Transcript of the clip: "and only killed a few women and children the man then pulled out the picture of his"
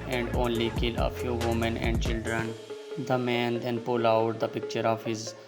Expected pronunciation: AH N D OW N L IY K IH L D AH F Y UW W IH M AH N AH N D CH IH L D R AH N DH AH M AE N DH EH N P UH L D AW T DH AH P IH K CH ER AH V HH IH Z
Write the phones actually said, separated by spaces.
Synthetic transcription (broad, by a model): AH N D OW N L IY K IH L AH F Y UW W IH M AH N AH N D CH IH L D R AH N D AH M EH N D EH N P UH L AW T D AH P IH K CH ER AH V HH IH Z